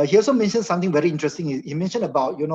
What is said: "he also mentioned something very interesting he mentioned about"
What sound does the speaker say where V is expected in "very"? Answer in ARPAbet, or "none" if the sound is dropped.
V